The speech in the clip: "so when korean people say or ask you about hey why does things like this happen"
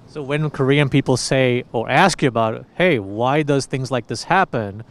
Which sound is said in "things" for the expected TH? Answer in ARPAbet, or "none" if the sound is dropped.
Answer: TH